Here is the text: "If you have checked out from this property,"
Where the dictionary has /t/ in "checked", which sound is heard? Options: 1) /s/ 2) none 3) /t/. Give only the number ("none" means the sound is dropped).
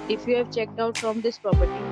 3